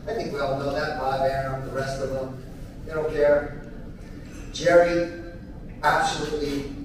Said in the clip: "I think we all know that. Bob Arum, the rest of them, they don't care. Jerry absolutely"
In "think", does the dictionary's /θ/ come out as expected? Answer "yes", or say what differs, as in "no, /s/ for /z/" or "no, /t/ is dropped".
yes